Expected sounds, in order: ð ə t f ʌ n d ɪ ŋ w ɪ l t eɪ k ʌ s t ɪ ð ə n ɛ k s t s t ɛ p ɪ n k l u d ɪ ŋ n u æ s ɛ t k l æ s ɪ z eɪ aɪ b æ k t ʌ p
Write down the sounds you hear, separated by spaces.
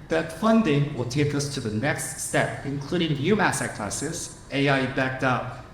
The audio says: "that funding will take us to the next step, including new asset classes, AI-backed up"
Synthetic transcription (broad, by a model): ð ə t f ʌ n d ɪ ŋ w ɪ l t eɪ k ʌ s t ɪ ð ə n ɛ k s t s t ɛ p ɪ n k l u d ɪ ŋ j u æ s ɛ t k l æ s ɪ s eɪ aɪ b æ k t ʌ p